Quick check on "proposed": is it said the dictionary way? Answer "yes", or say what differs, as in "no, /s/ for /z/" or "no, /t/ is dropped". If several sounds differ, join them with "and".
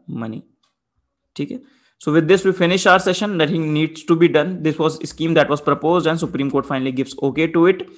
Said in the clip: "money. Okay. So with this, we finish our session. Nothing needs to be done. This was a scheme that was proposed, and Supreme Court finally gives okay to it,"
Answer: yes